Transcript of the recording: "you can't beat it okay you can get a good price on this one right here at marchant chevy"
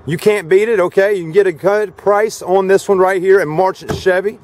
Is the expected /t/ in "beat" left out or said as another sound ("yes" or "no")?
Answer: no